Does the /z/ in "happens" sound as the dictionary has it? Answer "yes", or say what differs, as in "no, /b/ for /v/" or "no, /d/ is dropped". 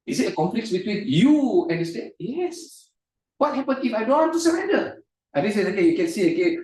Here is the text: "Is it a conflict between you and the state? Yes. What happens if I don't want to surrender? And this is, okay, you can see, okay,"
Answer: no, /z/ is dropped